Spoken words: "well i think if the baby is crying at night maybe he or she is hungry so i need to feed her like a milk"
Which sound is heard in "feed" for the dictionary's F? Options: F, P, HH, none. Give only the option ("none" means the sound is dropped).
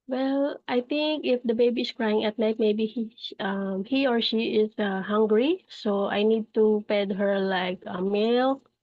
P